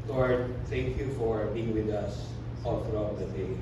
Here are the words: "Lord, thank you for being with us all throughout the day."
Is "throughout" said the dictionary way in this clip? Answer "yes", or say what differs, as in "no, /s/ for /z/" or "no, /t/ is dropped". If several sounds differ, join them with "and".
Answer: no, /f/ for /θ/